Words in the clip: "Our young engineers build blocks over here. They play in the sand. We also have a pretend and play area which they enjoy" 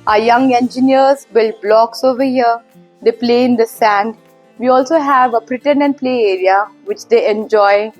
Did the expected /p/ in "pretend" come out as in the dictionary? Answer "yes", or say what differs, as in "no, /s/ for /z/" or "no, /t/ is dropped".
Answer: no, /b/ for /p/